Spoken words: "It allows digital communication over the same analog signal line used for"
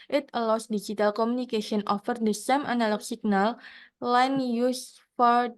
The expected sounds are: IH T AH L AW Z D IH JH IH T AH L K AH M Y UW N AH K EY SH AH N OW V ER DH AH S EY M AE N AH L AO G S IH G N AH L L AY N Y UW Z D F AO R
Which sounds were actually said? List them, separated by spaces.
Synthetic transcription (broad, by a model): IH T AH L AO S D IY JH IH T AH L K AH M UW N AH K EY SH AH N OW F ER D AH S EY M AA N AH L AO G S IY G N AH L L AY N Y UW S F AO R